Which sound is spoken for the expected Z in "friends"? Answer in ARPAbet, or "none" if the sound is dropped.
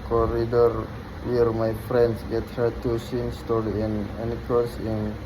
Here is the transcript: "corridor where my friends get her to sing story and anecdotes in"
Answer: S